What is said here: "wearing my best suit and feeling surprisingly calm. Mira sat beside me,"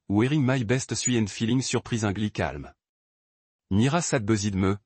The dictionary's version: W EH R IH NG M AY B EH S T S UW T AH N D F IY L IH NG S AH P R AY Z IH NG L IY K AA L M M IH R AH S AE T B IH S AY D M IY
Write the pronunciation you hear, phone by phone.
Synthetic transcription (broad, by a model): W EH R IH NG M AY B EH S T S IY AH N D F IY L IH NG S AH P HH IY Z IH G L IY K AA L M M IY R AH S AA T B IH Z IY D M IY